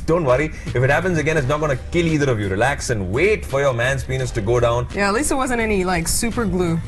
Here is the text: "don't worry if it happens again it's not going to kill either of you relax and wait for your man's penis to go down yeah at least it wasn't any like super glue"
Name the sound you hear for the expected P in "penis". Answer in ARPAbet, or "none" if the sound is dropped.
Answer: P